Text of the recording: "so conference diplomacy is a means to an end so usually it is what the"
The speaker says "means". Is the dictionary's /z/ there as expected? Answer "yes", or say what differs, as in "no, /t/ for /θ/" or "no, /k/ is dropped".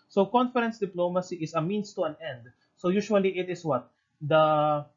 no, /s/ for /z/